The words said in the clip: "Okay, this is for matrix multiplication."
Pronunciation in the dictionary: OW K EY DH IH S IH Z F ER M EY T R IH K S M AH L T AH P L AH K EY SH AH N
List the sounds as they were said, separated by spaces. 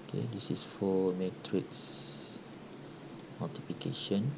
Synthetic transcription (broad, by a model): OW K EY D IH S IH S F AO M EY T R IH K S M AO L T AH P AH K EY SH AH N